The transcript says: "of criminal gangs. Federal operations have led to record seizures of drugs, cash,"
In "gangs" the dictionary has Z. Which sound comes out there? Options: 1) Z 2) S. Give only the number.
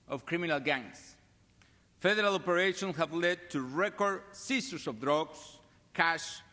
2